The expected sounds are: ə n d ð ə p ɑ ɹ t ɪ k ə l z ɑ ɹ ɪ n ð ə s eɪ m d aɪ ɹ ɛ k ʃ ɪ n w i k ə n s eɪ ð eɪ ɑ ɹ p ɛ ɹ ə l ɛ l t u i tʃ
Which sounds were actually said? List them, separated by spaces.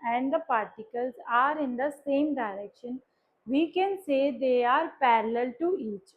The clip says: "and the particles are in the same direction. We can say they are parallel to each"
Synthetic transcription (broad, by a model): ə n d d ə p ɑ ɹ t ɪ k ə l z ɑ ɹ ɪ n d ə s eɪ m d aɪ ɹ ɛ k ʃ ɪ n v i k ə n s eɪ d eɪ ɑ ɹ p ɛ ɹ ə l ɛ l t u i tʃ